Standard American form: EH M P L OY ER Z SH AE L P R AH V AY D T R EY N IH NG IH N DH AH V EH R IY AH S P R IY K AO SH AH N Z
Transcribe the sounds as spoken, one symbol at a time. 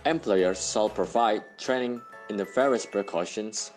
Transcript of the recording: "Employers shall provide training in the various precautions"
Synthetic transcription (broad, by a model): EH M P L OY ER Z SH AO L P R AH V AY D T R EY N IH NG IH N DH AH F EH R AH S P R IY K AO SH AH N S